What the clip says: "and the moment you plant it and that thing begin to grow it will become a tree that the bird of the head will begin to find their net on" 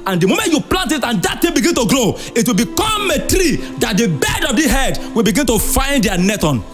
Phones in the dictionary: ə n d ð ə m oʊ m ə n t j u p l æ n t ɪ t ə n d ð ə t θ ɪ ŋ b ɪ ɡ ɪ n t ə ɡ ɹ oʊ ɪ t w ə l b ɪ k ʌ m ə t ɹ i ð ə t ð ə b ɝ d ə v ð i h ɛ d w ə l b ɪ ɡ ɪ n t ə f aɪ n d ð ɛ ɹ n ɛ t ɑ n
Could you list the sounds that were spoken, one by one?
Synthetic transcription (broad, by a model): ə n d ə m oʊ m ə n t j u p l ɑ n t ɪ t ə n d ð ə t t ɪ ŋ b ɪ ɡ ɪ n t ə ɡ ɹ oʊ ɪ t w ə l b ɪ k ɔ m ə t ɹ i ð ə t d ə b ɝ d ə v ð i h ɛ d w ə l b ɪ ɡ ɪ n t ə f aɪ n d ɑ n ɛ t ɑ n